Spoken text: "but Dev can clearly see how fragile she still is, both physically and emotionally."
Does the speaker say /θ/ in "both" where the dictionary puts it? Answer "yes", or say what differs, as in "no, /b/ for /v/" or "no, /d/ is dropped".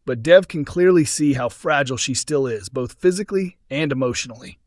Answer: yes